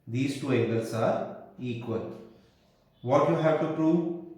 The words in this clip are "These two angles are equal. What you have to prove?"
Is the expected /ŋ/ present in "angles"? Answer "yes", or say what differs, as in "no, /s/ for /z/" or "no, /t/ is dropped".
no, /ŋ/ is dropped